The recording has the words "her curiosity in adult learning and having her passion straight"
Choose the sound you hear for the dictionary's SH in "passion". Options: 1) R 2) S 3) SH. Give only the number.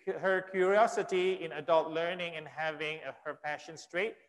3